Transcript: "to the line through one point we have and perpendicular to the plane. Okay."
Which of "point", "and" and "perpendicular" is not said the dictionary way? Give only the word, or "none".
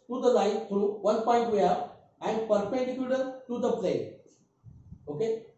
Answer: perpendicular